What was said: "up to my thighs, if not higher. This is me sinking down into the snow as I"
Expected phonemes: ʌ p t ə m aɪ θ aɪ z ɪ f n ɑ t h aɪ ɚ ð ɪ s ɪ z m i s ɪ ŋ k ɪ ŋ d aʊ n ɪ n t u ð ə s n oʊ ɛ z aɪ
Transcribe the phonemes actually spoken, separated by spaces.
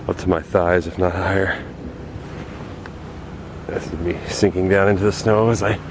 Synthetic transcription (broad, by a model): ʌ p t ə m aɪ θ aɪ z ɪ f n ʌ t h aɪ ɚ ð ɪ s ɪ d m i s ɪ ŋ k ɪ ŋ d aʊ n ɪ n t u ð ə s n oʊ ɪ z aɪ